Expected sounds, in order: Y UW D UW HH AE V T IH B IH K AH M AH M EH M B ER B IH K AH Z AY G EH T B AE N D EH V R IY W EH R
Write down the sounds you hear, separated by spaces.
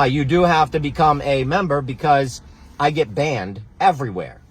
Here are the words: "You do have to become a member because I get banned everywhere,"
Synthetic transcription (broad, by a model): Y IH D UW HH AE F T IH B IH K AH M AH M EH M B ER B IH K AH Z AY G EH T B AE N D EH V R IY W EH R